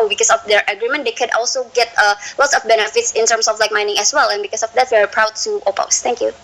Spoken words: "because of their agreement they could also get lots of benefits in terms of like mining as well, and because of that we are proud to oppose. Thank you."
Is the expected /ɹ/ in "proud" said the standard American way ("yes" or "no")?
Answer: yes